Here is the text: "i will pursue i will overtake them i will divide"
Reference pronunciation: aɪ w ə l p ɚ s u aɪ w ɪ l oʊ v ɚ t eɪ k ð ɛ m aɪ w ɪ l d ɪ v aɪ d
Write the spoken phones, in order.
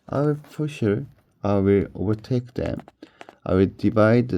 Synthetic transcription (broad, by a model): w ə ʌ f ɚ ʃ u aɪ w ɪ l oʊ v ɚ t eɪ k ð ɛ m aɪ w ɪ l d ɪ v aɪ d